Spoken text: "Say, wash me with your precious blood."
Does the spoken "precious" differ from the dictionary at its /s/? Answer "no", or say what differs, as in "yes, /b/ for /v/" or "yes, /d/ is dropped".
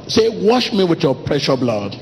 yes, /s/ is dropped